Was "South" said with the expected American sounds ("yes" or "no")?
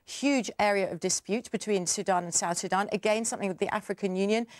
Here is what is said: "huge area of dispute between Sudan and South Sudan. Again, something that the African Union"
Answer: yes